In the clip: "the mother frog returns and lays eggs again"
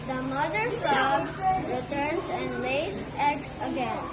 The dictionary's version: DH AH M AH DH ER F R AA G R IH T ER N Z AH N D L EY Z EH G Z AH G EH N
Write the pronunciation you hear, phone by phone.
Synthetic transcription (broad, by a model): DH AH M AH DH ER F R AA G R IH T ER N S AH N D L EY S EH G S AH G EH N